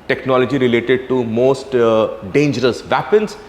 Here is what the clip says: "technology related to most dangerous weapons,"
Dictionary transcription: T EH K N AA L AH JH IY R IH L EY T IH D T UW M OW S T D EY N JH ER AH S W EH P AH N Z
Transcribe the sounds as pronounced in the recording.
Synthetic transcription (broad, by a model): T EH K N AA L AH JH IY R IH L EY T IH D T UW M OW S T D EY N JH ER AH S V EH P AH N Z